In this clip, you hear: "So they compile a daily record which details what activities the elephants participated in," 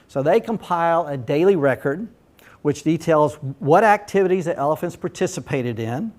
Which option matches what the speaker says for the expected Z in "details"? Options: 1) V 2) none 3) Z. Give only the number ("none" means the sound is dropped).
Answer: 3